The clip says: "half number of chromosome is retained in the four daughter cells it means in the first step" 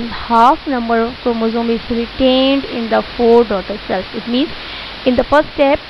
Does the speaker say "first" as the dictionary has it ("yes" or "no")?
no